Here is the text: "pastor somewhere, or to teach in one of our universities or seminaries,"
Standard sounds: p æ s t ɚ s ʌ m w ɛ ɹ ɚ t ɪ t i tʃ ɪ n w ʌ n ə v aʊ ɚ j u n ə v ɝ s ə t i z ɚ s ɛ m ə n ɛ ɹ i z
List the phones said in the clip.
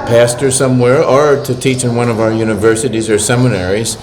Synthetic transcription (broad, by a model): p æ s t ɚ s ʌ m w ɛ ɹ ɚ t ɪ t i tʃ ɪ n w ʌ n ə v aʊ ɚ j u n ə v ɝ s ə t i z ɚ s ɛ m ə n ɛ ɹ i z